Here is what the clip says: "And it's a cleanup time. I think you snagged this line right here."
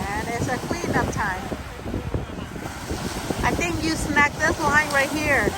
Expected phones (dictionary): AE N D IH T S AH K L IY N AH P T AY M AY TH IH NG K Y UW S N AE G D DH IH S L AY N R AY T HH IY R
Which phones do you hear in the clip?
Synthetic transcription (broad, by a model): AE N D IH T S AH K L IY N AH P T AY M AY TH IH NG K Y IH S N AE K DH IH S L AY N R AY T HH IY R